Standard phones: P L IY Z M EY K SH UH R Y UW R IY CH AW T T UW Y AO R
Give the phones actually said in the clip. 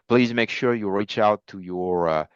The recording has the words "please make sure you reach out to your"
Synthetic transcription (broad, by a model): P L IY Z M EY K SH UH R Y UW R IY CH AW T T UW Y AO R